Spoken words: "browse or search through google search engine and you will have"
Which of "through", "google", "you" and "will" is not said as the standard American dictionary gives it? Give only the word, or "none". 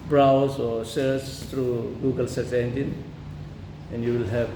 through